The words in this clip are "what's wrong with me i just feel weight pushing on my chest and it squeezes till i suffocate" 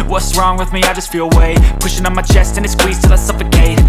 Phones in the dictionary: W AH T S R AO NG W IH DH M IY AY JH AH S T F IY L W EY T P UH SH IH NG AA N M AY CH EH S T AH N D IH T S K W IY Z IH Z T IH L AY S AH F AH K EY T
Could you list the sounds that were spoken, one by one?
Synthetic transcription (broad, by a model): W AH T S R AO NG W IH DH M IY AY JH AH S T F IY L W EY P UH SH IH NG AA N M AY CH EH S T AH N IH T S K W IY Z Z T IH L AY S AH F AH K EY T